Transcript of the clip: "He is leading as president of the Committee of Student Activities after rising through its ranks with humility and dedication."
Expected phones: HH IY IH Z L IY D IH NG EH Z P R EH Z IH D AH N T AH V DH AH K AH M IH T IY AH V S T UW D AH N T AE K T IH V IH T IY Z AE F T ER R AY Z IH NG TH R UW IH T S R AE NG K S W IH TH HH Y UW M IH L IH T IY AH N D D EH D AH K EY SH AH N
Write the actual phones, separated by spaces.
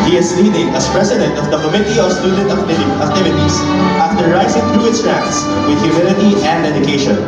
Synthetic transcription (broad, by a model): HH IY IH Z L IY D IH NG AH S P R EH S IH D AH N T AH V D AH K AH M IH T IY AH S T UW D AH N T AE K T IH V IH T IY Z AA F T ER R AY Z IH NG T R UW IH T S R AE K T S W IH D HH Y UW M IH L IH T IY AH N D D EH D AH K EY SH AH N